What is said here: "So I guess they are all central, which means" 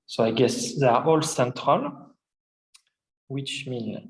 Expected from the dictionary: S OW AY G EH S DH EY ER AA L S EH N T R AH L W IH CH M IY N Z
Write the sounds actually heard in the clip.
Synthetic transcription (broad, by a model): S OW AY G EH S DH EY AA AA L S EH N T R AH L W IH CH M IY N